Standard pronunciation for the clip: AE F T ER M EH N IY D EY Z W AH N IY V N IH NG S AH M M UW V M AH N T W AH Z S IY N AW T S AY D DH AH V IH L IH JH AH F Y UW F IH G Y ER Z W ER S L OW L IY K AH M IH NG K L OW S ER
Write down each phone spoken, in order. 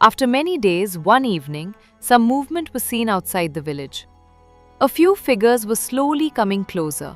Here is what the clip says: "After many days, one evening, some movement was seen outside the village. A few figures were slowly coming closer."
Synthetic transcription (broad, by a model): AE F T ER M EH N IY D EY Z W AH N IY V N IH NG S AH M M UW V M AH N T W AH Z S IY N AW T S AY D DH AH V IH L IH JH AH F Y UW F IH G ER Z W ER S L OW L IY K AH M IH NG K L OW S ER